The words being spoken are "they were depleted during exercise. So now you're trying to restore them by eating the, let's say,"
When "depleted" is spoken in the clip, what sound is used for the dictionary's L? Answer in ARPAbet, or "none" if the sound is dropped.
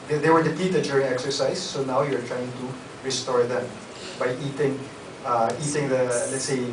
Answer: none